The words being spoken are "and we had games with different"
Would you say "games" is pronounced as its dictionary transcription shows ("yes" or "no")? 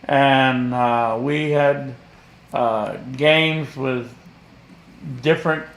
yes